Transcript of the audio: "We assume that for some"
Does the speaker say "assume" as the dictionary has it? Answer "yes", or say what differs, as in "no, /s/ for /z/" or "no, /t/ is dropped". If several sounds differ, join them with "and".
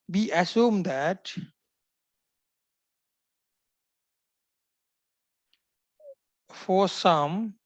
yes